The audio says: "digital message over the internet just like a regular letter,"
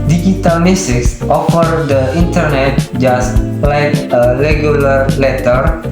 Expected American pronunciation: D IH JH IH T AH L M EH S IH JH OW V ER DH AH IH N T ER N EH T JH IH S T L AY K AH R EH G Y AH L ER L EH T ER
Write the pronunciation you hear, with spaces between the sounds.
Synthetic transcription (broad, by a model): D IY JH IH T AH L M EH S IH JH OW F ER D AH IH N T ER N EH T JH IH S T L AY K AH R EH G Y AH L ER L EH T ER